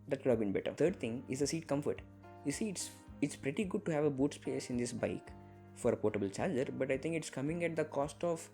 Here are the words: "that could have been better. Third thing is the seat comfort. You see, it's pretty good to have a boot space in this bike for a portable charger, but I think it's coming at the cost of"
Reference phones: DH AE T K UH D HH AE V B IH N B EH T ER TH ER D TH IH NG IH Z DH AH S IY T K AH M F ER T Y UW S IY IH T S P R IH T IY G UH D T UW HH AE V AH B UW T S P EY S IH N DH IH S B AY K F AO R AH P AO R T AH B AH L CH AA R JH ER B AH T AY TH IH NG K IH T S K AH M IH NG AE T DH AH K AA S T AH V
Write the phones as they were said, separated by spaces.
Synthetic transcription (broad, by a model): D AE T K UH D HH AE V B IH N B EH T ER T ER D T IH NG IH Z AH S IY T K AH M F ER T Y UW S IY IH T S P R IH T IY G UH D T UW HH AE V AH B UW T S P EY S IH N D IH S B AY K F AO R AH P AO T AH B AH L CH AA L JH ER B AH T AY T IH NG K IH T S K AH M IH NG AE T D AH K AA S T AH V